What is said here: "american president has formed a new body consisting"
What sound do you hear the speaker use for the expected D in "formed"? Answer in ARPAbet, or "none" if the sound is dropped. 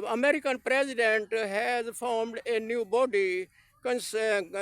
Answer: D